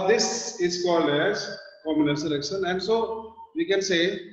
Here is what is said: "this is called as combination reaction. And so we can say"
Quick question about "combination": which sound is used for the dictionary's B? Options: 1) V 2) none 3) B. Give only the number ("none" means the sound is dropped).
2